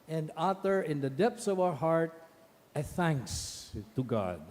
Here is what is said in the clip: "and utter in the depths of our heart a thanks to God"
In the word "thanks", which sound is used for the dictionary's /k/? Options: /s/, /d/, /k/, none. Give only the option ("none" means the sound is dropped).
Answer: /k/